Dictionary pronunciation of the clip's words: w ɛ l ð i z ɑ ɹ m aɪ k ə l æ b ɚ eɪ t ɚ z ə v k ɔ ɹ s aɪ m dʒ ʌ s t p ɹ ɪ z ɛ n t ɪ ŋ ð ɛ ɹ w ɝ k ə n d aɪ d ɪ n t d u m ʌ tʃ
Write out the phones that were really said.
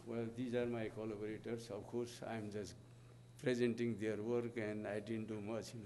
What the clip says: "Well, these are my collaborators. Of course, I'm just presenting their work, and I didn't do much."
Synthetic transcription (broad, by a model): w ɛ l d i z ɑ ɹ m aɪ k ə l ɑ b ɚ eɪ t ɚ s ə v k ɔ ɹ s aɪ m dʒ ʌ s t p ɹ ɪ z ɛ n t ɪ ŋ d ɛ ɹ w ɝ k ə n aɪ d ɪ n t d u m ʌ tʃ